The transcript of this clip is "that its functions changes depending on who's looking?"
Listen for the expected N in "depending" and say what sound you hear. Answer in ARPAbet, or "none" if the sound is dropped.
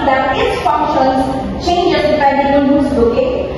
none